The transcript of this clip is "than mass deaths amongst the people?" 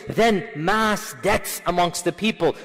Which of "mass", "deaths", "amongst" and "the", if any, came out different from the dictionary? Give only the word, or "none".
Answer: deaths